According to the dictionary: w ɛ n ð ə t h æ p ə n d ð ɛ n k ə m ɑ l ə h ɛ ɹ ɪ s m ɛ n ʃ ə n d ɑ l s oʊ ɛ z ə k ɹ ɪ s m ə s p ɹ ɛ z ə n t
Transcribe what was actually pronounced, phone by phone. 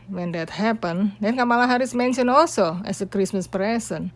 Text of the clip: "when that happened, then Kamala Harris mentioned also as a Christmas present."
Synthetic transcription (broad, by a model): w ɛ n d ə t h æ p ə n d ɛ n k ə m ɑ l ə h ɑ ɹ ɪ s m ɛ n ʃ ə n ɑ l s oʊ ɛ s ə k ɹ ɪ s m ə s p ɹ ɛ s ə n